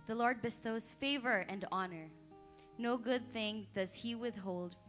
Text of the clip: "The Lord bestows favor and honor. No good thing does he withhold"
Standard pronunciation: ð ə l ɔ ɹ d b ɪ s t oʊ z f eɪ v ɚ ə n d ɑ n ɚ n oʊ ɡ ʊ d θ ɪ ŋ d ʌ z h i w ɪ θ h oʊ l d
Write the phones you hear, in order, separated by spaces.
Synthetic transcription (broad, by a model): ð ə l ɔ ɹ d b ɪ s t oʊ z f eɪ v ɚ ə n d ɑ n ɚ n oʊ ɡ ʊ d θ ɪ ŋ d ʌ z h i w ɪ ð h oʊ l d